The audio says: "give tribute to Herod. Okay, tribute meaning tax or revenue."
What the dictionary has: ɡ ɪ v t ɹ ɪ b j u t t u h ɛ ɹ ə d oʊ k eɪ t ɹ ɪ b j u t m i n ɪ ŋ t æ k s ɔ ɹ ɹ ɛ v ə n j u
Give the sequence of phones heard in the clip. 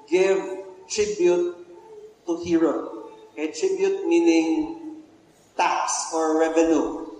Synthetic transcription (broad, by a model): ɡ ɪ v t ɹ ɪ b j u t t u h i ɹ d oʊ eɪ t ɹ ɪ b j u t m i n ɪ ŋ t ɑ k s ɔ ɹ ɹ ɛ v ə n j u